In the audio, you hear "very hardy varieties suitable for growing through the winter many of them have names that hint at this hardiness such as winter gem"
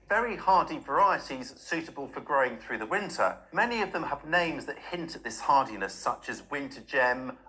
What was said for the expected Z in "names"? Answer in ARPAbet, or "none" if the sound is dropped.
Z